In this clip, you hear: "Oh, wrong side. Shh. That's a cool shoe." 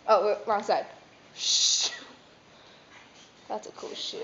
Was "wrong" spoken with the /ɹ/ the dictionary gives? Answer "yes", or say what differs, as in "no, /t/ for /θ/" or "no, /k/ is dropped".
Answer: no, /w/ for /ɹ/